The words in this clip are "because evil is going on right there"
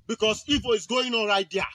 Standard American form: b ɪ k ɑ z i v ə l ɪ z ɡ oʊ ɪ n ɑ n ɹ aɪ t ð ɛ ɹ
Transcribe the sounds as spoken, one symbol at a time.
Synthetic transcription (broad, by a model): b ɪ k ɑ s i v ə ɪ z ɡ oʊ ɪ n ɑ l ɹ aɪ t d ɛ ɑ